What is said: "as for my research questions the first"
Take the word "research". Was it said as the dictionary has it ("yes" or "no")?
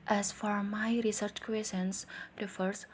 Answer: yes